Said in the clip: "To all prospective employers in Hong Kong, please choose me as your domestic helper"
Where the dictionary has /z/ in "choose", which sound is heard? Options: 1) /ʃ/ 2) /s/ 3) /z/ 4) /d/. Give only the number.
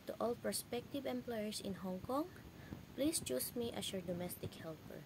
2